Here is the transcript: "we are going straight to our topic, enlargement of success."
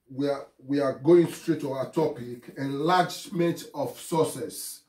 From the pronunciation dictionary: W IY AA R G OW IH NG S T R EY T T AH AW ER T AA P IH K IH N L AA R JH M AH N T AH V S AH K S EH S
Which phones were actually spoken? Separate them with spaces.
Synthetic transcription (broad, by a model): W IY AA W G OW IH NG S T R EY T T AH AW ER T AA P IH K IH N L AA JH M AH N T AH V S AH S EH S